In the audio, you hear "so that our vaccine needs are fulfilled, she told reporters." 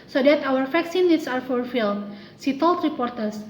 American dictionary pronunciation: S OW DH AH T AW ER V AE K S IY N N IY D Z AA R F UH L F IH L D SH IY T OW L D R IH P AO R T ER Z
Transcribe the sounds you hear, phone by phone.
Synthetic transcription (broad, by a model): S OW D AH T AW ER F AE K S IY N N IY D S AA R F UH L F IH L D S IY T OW L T R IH P AO R T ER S